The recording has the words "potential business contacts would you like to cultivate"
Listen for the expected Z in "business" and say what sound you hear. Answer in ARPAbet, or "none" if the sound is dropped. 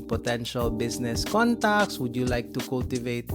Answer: S